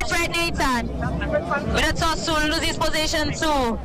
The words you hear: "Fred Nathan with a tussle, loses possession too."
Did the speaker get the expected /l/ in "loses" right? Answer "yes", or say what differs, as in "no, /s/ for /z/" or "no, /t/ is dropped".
no, /n/ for /l/